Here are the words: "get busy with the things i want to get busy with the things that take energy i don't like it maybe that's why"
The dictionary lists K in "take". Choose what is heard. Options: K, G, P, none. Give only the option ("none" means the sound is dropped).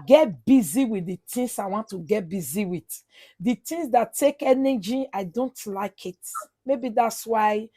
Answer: K